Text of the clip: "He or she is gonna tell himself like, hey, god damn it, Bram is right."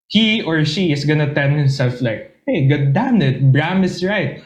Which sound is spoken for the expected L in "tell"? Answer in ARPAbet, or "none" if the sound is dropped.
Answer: N